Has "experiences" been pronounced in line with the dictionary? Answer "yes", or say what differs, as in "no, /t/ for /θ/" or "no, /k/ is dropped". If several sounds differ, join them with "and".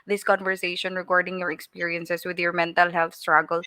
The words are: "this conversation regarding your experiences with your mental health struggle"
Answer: no, /s/ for /z/